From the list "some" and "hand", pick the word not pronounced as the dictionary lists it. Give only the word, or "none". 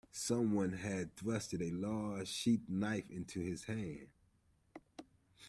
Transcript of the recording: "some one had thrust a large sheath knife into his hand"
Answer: hand